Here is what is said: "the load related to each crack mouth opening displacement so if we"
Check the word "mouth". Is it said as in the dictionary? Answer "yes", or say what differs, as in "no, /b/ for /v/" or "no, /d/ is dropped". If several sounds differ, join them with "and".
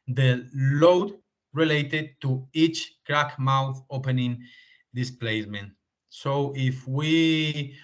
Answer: yes